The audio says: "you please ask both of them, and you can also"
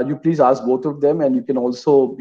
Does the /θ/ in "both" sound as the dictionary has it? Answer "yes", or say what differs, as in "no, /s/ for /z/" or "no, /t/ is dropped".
no, /t/ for /θ/